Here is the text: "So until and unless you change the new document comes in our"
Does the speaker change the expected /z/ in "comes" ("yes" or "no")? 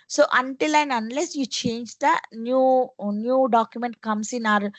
yes